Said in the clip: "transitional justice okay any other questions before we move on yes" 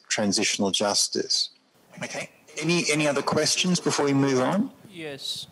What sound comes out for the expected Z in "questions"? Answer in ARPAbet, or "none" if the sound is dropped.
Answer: Z